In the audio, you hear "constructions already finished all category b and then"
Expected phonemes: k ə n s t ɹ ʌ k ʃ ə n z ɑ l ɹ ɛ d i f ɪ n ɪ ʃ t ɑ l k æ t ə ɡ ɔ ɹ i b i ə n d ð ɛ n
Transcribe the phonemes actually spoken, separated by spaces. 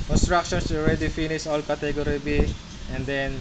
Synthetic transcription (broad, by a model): k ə n s t ɹ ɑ k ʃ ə n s ɑ l ɹ ɛ d i f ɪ n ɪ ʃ ɑ l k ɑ t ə ɡ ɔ ɹ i b i ə n d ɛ n